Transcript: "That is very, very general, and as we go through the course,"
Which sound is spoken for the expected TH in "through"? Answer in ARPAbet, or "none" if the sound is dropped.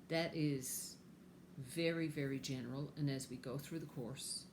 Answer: TH